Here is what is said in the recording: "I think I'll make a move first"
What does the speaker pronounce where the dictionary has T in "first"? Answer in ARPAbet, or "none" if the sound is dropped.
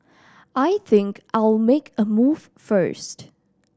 T